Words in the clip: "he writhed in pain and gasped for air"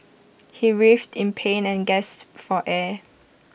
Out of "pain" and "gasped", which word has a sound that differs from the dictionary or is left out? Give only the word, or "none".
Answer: gasped